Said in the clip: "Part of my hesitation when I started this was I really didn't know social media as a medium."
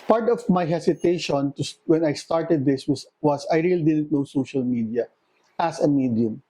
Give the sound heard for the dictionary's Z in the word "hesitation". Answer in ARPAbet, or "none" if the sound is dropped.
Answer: S